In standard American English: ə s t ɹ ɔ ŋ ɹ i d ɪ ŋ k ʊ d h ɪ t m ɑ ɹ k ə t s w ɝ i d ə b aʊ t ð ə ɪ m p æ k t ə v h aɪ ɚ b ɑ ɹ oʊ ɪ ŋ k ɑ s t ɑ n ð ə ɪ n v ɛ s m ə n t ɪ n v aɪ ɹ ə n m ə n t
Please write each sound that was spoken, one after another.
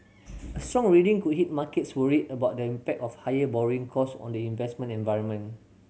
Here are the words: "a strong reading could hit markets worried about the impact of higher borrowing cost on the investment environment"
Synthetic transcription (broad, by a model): ə s t ɹ ɔ ŋ ɹ i d ɪ ŋ k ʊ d h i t m ɑ k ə t s w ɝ i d ə b aʊ t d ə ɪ m p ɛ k t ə f h aɪ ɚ b ɑ ɹ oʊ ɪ ŋ k ɑ s ɑ n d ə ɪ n v ɛ s m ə n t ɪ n v aɪ ɹ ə n m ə n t